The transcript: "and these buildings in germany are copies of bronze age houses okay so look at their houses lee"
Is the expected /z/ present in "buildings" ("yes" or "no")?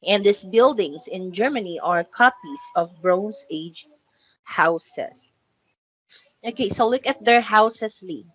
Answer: no